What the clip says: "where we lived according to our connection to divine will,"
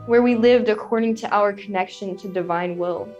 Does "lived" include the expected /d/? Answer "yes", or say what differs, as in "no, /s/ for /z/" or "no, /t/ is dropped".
yes